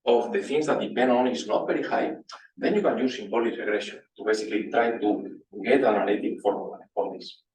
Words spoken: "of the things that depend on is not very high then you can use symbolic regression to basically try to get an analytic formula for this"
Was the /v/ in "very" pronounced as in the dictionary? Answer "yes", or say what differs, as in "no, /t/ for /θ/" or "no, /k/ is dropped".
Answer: no, /b/ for /v/